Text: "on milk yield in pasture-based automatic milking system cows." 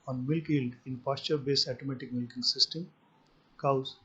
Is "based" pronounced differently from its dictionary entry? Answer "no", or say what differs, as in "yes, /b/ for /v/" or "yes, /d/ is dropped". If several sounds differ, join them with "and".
yes, /t/ is dropped